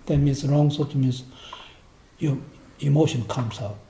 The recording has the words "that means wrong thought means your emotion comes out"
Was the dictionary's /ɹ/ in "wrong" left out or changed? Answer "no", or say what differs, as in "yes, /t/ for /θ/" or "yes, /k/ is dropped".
no